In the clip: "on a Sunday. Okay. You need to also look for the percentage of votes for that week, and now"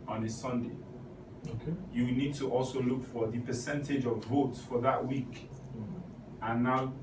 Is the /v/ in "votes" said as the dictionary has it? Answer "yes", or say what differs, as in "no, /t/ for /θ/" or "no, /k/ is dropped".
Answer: yes